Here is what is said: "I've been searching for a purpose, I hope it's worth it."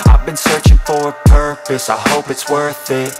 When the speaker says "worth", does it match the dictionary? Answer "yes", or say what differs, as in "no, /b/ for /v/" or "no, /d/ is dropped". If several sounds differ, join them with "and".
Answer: yes